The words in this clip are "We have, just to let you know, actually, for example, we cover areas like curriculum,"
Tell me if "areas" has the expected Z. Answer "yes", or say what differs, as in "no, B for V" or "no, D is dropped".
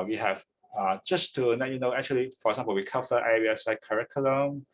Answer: no, S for Z